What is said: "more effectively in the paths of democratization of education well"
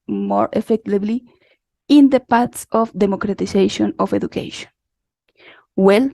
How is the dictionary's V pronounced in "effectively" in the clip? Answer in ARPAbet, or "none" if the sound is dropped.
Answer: B